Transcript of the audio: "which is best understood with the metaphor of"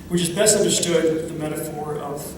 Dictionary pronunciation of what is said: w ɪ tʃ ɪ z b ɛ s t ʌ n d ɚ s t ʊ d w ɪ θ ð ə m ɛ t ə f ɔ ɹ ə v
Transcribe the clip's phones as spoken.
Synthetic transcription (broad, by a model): w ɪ tʃ ɪ z b ɛ s t ʌ n d ɚ s t ʊ d ð ə m ɛ t ə f ɔ ɹ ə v